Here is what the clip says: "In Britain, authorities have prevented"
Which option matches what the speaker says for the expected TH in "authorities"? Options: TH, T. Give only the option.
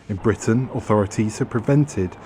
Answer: TH